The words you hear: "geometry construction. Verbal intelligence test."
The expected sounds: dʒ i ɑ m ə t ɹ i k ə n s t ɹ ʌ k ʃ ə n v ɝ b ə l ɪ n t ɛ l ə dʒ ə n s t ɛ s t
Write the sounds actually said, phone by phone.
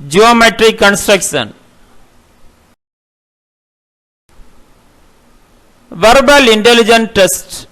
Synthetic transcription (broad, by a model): dʒ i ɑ m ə t ɹ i k ə n s t ɹ ʌ k ʃ ə n v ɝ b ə l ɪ n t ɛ l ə dʒ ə n t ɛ s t